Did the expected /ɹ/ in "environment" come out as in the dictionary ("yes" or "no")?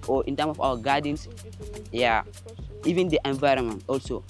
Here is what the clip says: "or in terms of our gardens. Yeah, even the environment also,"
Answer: yes